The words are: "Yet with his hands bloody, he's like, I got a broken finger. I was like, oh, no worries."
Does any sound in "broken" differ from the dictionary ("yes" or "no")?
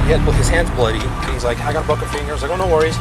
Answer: yes